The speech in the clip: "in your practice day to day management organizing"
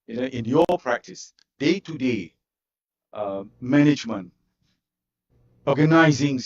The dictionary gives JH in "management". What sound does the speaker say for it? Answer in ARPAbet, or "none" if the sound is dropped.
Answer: JH